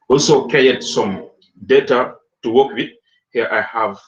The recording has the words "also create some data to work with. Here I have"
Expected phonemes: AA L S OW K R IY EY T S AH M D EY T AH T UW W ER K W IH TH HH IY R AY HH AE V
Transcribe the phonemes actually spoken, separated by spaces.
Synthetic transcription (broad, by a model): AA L S OW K IY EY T S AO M D EY T AH T UW W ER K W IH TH HH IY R AY HH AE V